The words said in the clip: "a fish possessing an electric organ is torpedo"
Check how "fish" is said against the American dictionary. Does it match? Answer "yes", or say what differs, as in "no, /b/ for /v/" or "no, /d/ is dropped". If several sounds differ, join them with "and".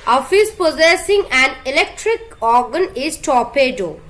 no, /s/ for /ʃ/